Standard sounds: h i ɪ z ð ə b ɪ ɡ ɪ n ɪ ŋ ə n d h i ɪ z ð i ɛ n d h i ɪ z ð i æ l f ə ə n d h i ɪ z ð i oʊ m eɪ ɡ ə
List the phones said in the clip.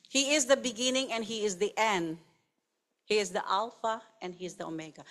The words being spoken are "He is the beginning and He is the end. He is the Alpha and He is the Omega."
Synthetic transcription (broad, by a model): h i ɪ z ð ə b ɪ ɡ ɪ n ɪ ŋ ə n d h i ɪ z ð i ɛ n d h i ɪ z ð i æ l f ə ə n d h i ɪ z ð i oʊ m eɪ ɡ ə